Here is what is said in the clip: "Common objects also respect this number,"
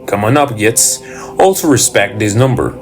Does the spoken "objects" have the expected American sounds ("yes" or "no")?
no